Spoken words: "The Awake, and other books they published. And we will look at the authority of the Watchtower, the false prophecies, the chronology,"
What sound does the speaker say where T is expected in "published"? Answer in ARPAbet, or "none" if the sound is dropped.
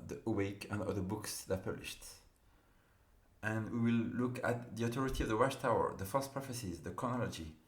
T